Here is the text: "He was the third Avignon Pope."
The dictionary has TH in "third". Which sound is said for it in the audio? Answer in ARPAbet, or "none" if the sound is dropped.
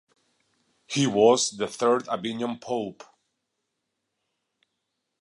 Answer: TH